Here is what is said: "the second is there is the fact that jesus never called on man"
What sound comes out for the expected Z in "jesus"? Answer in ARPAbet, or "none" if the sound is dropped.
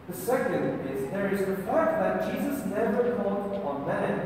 Z